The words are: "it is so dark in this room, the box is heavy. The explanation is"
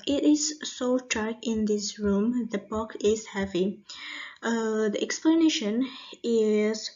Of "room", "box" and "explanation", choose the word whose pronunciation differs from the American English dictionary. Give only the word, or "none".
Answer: box